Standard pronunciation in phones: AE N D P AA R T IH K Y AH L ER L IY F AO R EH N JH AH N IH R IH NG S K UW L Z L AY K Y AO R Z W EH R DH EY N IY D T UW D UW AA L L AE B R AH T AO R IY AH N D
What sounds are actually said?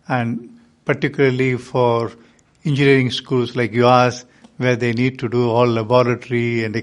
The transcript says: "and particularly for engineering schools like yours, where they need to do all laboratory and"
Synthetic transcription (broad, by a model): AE N D P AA R T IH K Y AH L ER L IY F AO R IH N JH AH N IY R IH NG S K UW L S L AY K Y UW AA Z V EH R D EY N IY D T UW D UW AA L L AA B R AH T R IY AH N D